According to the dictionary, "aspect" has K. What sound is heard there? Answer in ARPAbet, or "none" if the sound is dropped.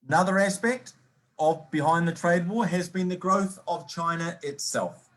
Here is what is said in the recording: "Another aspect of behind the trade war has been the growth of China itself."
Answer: K